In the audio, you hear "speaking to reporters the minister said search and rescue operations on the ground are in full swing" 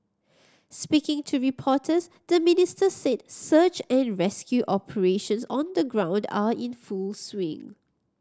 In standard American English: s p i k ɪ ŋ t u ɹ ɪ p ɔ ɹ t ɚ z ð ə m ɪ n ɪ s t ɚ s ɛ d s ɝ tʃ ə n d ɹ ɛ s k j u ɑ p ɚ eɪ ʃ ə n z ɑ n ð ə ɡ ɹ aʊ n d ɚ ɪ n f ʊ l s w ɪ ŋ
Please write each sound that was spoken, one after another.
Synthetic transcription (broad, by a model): s p i k ɪ ŋ t u ɹ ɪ p ɔ t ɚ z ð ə m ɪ n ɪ s t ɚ s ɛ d s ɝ tʃ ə n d ɹ ɛ s k j u ɑ p ɚ eɪ ʃ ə n s ɑ n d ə ɡ ɹ aʊ n d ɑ ɪ n f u l s w ɪ ŋ